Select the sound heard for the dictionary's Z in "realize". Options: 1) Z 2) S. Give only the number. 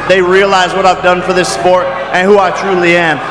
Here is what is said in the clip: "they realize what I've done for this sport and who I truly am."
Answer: 1